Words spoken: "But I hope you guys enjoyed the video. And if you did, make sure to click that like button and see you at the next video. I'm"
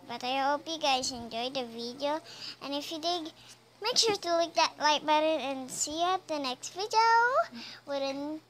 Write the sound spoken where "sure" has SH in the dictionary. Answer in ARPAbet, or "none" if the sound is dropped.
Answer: SH